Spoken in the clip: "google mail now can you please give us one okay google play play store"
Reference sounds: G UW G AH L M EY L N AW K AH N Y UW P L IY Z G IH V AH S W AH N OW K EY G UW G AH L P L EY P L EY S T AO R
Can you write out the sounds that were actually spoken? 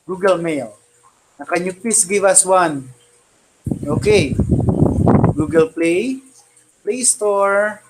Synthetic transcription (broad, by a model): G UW G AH L M EY L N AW K AH N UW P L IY S G IH V AH S W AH N OW K EY G UW G AH L P L EY P L EY S T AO R